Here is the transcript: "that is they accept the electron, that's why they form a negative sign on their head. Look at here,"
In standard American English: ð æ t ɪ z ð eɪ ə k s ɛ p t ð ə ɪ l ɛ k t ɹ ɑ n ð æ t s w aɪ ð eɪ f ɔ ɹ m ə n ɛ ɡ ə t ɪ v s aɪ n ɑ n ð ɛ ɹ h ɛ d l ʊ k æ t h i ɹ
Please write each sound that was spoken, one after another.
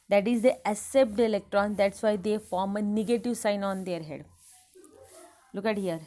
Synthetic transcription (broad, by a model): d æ t ɪ z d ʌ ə s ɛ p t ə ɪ l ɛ k t ɹ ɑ n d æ t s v aɪ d eɪ f ɔ ɹ m ə n ɛ ɡ ə t ɪ v s aɪ n ɑ n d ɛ ɹ h ɛ d l ʊ k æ t h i ɹ